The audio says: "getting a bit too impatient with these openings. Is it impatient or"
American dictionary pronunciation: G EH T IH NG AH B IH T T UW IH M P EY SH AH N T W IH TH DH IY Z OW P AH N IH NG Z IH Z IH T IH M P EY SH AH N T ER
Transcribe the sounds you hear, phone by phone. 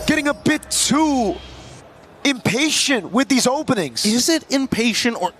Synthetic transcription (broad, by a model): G EH T IH NG AH B IH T T UW IH M P EY SH AH N T W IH DH IY Z OW P AH N IH NG Z IH Z IH T IH M P EY SH AH N T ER